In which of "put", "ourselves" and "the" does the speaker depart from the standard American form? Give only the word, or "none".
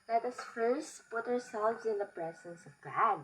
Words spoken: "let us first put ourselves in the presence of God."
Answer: none